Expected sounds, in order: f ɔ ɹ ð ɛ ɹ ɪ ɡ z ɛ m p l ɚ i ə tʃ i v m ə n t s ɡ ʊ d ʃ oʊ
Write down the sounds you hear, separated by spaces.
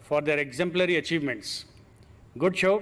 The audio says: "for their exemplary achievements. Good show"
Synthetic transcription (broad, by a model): f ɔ ɹ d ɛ ɹ ɪ ɡ z ɛ m p l ɚ i ə tʃ i v m ə n t s ɡ ʊ d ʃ oʊ